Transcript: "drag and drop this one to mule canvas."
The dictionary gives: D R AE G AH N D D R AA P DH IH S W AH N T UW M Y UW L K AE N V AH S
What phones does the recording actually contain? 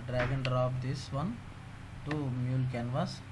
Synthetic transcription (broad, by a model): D R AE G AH N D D R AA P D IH S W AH N T UW M Y UW L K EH N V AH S